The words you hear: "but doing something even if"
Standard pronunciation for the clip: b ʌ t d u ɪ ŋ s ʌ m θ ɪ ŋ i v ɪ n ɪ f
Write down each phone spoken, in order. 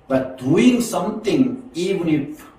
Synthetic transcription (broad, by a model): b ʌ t d u ɪ ŋ s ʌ m t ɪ ŋ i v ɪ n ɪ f